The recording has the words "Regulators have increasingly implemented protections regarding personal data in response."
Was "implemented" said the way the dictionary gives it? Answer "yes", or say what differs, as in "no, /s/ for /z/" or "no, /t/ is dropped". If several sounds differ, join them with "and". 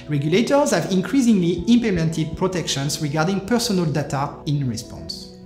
no, /l/ is dropped